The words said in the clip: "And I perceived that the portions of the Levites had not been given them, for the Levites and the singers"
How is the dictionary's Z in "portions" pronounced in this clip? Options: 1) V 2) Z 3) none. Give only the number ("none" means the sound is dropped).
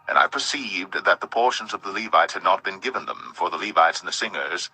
2